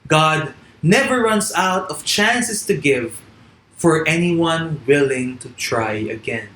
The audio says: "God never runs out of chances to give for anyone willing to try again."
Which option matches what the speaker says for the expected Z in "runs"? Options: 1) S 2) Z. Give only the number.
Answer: 1